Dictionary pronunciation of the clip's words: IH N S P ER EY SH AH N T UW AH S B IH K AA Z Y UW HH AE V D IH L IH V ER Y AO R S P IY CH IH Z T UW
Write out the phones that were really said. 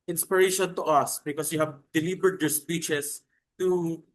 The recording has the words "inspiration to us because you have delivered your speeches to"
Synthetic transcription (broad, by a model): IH N S P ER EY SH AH N T UW AH S B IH K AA S Y UW HH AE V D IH L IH B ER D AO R S P IY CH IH S T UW